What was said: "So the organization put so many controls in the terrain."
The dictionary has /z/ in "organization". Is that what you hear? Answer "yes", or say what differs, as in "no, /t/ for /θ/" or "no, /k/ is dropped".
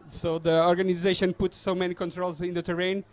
yes